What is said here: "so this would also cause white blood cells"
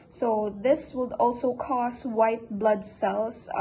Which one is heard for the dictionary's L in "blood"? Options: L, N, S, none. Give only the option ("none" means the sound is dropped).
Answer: L